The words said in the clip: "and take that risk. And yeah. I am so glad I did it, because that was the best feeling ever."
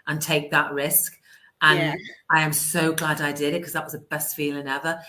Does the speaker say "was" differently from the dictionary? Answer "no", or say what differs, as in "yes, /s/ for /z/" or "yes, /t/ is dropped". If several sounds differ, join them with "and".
no